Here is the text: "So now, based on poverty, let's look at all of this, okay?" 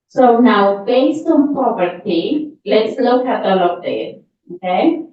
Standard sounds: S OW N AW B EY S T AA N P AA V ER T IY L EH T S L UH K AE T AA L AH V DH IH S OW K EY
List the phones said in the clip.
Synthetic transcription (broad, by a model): S OW N AW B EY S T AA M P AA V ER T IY L EH T S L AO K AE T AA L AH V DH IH OW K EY